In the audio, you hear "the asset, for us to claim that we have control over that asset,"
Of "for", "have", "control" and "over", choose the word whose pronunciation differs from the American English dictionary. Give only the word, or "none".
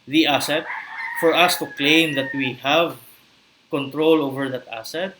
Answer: none